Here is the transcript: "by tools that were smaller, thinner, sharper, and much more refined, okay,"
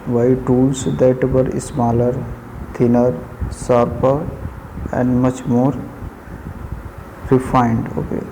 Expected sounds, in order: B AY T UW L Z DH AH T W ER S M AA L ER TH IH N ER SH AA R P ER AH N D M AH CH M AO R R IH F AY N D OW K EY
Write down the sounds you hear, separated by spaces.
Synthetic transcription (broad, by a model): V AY T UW L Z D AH T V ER S M AA L ER T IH N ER S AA R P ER AH N D M AH CH M AO R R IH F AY N D OW K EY